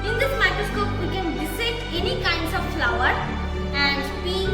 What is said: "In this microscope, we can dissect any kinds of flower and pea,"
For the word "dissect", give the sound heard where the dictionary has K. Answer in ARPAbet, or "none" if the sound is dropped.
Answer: none